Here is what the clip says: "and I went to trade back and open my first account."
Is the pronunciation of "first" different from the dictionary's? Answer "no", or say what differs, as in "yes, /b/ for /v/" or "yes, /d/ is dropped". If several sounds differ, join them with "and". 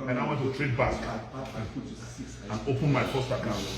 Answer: yes, /p/ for /f/